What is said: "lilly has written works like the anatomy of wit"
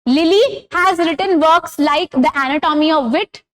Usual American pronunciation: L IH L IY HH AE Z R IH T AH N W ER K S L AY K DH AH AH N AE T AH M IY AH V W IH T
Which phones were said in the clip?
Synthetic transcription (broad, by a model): L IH L IY HH AE Z R IH T AH N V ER K S L AY K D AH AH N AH T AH M IY AH V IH T